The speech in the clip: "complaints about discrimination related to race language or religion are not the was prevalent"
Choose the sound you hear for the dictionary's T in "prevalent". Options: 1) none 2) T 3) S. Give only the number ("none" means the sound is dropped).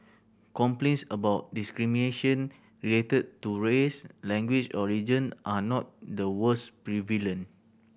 1